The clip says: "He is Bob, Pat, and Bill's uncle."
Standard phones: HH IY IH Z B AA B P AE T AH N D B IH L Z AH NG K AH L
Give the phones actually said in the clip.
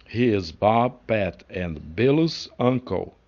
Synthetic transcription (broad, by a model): HH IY IH Z B AA B P AE T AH N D B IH L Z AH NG K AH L